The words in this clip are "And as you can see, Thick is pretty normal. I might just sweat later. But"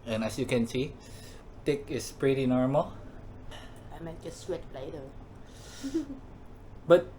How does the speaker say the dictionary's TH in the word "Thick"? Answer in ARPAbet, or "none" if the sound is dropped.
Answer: T